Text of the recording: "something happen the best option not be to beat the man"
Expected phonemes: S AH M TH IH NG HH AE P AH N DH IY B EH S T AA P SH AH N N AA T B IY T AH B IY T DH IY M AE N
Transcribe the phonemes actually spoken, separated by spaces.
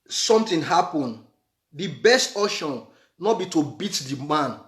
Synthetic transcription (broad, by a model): S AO M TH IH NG HH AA P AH N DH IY B EH S T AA SH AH N N AA T B IY T AH B IY T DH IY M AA N